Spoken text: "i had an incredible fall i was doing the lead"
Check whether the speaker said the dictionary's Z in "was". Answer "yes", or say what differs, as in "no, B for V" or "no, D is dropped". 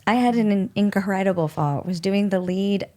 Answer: yes